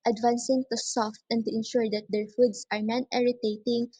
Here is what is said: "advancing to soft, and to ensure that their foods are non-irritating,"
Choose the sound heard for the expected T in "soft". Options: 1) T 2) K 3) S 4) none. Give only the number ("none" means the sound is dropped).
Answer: 1